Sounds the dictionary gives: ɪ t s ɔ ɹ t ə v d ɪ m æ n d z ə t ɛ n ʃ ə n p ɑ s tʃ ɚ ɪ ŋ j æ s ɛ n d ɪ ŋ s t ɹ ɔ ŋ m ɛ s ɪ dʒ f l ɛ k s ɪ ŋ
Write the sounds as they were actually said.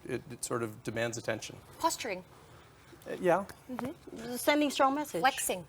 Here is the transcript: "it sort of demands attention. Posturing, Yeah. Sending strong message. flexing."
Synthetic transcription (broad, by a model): ɪ t s ɔ ɹ t ə v d ɪ m æ n d z ə t ɛ n ʃ ə n p ɑ s tʃ ɚ ɪ ŋ j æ s ɛ n d ɪ ŋ s t ɹ ɔ ŋ m ɛ s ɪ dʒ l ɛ k s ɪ ŋ